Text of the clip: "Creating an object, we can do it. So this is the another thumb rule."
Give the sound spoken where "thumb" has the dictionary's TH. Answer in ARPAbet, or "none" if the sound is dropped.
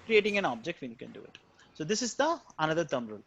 T